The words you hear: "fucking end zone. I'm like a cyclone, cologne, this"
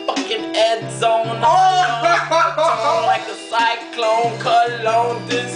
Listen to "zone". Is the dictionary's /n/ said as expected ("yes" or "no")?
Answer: no